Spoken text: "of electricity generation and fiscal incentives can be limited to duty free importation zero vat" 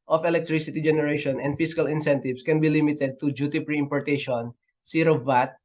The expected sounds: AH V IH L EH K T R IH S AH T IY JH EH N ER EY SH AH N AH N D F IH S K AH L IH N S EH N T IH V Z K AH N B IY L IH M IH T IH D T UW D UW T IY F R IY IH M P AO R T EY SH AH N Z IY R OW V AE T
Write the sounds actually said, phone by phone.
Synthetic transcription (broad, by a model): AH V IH L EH K T R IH S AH T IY JH EH N ER EY SH AH N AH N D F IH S K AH L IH N S EH N T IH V S K AH N B IY L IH M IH T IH D T UW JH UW T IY P R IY IH M P AO R T EY SH AH N S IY R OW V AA T